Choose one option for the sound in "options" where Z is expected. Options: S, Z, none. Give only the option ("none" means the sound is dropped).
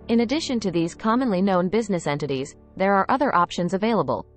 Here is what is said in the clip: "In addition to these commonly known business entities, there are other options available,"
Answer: Z